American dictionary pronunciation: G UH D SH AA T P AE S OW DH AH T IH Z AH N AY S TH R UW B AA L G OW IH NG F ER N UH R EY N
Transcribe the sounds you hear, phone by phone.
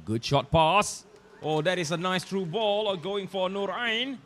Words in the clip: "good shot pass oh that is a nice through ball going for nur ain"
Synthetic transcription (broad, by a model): G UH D SH AA T P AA S OW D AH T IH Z AH N AY S T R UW B AA L G OW IH NG F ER N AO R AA N